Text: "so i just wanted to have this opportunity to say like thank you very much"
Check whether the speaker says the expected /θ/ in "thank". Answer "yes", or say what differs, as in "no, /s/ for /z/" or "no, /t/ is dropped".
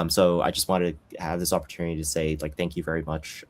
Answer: yes